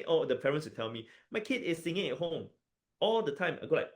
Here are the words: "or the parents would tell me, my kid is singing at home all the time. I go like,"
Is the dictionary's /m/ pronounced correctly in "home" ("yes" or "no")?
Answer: yes